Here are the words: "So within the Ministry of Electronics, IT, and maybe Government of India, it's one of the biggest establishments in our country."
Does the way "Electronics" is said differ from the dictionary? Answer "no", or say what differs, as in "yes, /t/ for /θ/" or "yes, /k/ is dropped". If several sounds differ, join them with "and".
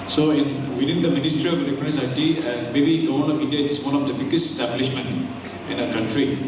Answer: yes, /n/ is dropped and /k/ is dropped